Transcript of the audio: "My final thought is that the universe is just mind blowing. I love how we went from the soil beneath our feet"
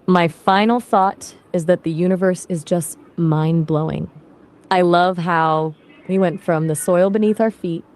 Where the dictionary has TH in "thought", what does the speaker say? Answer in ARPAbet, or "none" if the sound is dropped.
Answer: TH